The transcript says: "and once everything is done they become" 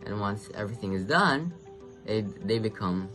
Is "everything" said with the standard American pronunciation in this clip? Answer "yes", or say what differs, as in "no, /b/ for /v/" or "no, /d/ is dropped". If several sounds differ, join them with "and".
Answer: yes